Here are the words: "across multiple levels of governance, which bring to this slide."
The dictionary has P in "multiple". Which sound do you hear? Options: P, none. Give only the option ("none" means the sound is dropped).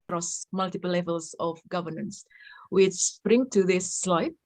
P